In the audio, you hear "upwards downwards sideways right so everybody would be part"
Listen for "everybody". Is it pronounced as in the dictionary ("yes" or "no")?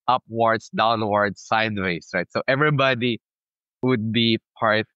yes